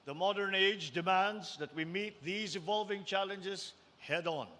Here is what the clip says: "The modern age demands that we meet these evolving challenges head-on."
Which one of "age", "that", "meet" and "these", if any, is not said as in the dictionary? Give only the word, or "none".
none